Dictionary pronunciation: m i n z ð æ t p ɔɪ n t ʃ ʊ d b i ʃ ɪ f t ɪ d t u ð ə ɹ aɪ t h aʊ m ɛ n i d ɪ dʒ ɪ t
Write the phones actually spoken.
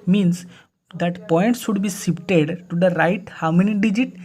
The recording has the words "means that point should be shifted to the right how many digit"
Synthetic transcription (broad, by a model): m i n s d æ t p ɔɪ n t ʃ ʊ d b i s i p t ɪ d t u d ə ɹ aɪ t h aʊ m ɛ n i d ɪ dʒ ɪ t